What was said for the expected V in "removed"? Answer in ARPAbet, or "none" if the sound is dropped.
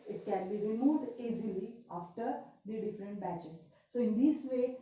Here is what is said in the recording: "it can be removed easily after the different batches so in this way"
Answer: V